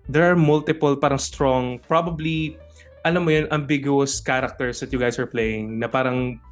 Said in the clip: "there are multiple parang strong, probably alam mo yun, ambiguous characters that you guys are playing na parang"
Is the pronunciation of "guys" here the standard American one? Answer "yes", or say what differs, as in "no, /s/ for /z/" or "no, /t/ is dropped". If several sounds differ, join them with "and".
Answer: no, /s/ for /z/